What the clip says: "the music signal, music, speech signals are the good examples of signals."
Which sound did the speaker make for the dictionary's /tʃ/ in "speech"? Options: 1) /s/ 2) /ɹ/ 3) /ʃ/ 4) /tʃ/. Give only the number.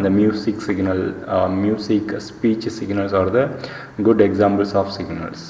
4